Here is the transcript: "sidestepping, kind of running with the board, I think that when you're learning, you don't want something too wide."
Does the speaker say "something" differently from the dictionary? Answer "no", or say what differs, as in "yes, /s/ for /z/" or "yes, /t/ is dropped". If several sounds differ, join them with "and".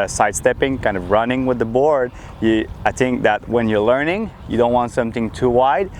no